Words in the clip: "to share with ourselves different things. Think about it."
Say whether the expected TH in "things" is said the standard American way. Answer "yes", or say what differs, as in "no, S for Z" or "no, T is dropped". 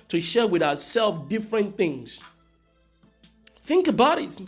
yes